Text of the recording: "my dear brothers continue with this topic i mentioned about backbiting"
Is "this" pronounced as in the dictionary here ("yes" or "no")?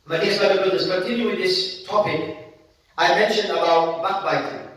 yes